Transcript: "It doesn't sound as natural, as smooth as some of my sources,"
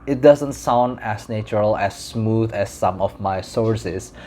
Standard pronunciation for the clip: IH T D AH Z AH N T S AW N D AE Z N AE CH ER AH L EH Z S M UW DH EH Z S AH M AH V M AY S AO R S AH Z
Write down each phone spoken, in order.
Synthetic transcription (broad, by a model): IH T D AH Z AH N T S AW N D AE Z N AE CH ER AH L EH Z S M UW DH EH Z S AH M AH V M AY S AO R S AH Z